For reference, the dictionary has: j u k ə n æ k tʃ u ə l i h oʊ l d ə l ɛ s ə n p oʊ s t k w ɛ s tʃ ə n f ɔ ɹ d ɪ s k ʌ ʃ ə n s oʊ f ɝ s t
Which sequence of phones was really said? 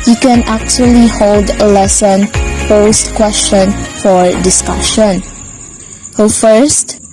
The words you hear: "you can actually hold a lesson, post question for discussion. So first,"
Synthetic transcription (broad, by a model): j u k ə n æ k tʃ u ə l i h oʊ l d ə l ɛ s ə n p oʊ s t k w ɛ s tʃ ə n f ɔ ɹ d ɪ s k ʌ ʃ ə n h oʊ f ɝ s t